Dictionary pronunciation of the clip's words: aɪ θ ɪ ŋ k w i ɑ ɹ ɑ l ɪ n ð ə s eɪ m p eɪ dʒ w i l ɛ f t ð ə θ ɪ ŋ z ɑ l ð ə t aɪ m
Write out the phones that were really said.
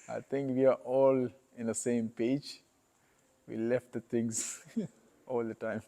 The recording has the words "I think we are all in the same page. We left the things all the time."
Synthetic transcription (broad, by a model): aɪ t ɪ ŋ k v i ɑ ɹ ɑ l ɪ n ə s eɪ m p eɪ dʒ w i l ɛ f t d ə t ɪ ŋ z ɑ l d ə t aɪ m